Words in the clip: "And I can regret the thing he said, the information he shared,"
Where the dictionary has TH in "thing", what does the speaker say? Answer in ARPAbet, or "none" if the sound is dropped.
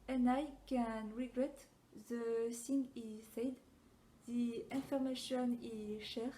S